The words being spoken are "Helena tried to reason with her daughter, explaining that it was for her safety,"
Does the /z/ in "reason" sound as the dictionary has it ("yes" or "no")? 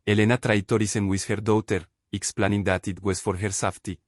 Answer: no